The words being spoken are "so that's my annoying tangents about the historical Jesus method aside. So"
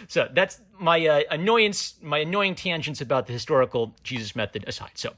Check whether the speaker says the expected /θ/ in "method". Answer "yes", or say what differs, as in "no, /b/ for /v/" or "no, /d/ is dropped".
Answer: yes